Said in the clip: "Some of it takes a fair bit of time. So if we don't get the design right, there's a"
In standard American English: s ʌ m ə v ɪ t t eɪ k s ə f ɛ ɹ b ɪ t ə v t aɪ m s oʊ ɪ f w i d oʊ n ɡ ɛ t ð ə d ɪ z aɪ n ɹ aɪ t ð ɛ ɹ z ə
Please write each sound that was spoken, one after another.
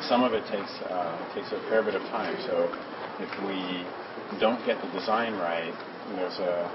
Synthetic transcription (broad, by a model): s ʌ m ə v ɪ t t eɪ k s ə p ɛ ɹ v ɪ t ə v t aɪ m s oʊ ɪ f w i d oʊ n ɡ ɛ t ð ə d ɪ z aɪ n ɹ aɪ t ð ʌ ɹ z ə